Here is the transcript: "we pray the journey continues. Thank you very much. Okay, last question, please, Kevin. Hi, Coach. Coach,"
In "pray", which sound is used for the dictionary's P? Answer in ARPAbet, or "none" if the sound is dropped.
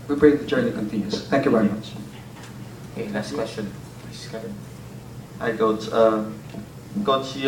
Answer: B